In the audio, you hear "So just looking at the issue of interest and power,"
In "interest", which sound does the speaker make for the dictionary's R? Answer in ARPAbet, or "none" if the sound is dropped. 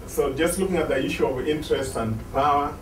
R